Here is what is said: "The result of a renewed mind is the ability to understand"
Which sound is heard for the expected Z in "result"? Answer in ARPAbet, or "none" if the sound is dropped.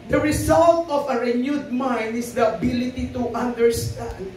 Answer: S